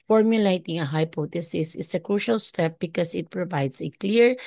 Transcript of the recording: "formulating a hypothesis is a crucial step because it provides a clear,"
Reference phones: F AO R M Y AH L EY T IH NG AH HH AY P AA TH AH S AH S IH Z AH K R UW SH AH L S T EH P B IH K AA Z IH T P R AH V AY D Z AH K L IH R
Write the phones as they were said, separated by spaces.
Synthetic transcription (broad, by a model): F AO R M Y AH L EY T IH NG AH HH AY P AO T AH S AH S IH S AH K R UW SH AH L S T EH P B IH K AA S IH T P R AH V AY D S AH K L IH R